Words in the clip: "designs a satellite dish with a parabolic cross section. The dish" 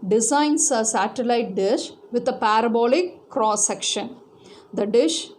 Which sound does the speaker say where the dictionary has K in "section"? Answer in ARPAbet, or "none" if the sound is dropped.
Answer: K